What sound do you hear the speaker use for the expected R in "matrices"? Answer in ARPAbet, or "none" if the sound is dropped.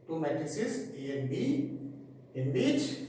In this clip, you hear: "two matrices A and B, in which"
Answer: none